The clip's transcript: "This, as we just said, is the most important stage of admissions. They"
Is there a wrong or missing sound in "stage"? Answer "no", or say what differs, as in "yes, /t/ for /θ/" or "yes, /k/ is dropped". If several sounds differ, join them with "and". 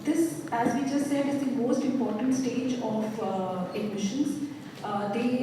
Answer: no